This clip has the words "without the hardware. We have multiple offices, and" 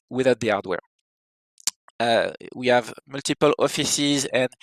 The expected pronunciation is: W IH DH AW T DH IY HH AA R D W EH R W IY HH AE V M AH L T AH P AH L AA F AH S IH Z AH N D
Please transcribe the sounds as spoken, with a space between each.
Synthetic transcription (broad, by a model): W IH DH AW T DH IY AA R D W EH R W IY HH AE V M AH L T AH P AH L AA F AH S IH Z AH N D